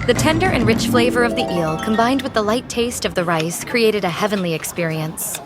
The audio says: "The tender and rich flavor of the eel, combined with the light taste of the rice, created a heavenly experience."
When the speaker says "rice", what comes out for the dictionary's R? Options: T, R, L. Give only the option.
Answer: R